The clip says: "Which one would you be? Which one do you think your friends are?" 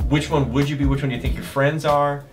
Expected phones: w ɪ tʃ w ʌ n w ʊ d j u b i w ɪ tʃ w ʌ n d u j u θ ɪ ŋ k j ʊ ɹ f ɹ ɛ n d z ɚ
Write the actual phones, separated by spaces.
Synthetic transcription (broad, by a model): w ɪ tʃ w ʌ n w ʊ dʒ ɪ b i w ɪ tʃ w ʌ n j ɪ θ ɪ ŋ k j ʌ ɹ f ɹ ɛ n d z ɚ